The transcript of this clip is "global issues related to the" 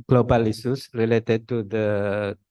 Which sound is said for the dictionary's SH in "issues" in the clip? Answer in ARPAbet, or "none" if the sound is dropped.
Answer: S